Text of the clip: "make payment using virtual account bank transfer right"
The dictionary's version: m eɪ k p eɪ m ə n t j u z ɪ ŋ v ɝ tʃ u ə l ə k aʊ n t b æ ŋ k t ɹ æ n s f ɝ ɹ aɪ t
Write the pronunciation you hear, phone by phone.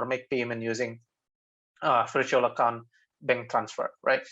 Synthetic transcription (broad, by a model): m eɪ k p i m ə n j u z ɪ ŋ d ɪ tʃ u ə l ə k aʊ n t b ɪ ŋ t ɹ æ n s f ɝ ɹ aɪ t